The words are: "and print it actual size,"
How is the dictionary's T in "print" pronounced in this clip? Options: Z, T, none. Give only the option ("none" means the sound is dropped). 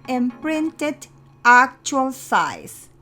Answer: T